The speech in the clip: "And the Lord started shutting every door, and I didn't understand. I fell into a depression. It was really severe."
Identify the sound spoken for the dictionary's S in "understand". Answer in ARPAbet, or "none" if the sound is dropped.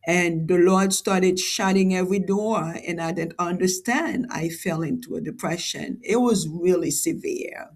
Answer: S